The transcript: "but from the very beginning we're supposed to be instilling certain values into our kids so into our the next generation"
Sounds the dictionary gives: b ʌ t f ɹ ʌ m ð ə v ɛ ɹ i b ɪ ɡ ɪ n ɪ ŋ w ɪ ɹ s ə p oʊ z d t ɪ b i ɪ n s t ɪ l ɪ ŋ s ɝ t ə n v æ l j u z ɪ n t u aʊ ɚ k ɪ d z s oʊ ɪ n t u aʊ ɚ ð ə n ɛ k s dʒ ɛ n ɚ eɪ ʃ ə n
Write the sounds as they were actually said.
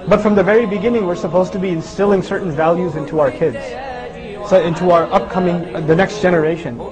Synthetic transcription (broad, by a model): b ʌ t f ɹ ʌ m ð ə v ɛ ɹ i b ɪ ɡ ɪ n ɪ ŋ w ɪ ɹ s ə p oʊ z t ɪ b i ɪ n s t ɪ l ɪ ŋ s ɝ t n v æ l j u z ɪ n t u aʊ ɚ k ɪ d z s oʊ ɪ n t u aʊ ɚ ð ə n ɛ k s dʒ ɛ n ɚ eɪ ʃ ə n